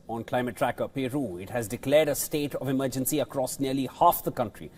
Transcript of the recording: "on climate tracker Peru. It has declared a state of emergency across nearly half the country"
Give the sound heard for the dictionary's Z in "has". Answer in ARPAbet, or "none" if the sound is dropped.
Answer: Z